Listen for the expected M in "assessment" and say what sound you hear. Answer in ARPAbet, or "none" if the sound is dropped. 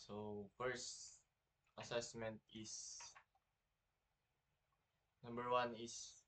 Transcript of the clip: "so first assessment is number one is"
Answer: M